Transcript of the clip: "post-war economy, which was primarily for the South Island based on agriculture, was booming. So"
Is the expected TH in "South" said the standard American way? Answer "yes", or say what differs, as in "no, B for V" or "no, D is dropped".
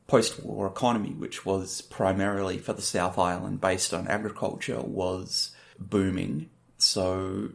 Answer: yes